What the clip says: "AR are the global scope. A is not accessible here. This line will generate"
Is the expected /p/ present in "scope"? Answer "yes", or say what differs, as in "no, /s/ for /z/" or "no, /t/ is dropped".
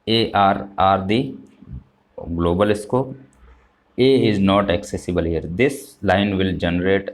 no, /p/ is dropped